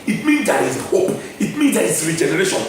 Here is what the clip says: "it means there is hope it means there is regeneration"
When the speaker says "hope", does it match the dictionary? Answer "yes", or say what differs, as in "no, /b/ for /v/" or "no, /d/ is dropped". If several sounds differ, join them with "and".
yes